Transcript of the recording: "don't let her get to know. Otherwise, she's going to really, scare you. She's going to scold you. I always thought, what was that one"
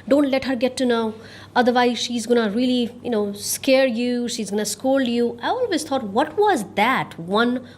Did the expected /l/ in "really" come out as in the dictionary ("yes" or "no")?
no